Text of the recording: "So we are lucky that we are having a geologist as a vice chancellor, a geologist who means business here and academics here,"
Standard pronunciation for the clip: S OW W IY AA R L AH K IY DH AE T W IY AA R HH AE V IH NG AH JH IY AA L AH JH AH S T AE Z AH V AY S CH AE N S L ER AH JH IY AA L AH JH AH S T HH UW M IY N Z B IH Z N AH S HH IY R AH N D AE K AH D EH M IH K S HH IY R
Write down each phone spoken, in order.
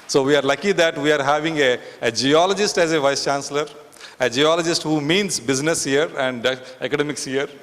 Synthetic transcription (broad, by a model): S OW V IY AA R L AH K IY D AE T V IY AA R HH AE V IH NG AH JH IY AA L AH JH AH S T AE Z AH V AY S CH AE N S L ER AH JH IY AA L AH JH AH S T HH UW M IY N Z B IH Z N AH S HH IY R AH N D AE K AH D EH M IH K S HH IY R